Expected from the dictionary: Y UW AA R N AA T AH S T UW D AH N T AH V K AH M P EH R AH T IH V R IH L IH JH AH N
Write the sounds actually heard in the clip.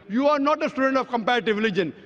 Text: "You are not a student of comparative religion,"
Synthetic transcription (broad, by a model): Y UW AA R N AA T AH S T UW D AH N T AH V K AH M P EH R AH T IH V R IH L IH JH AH N